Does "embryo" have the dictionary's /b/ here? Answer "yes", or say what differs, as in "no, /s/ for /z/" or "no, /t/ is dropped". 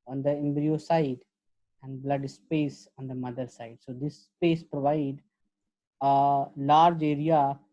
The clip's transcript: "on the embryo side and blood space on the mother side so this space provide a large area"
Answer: yes